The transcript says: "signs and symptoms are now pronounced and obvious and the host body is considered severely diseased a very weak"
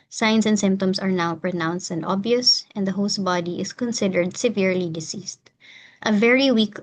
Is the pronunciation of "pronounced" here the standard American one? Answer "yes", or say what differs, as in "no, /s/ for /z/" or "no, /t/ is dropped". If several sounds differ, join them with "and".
yes